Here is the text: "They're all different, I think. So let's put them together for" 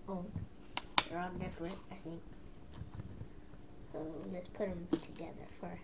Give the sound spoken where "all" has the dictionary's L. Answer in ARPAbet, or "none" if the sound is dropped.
N